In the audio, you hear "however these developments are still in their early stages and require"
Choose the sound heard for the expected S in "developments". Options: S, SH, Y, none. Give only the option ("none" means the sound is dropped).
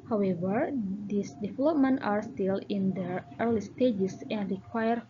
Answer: none